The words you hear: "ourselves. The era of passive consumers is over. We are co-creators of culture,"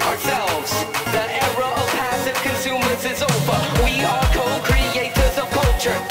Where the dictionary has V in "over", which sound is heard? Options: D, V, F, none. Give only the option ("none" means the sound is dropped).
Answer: F